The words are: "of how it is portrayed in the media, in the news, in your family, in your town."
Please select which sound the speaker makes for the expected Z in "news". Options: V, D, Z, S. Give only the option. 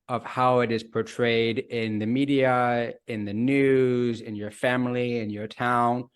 Z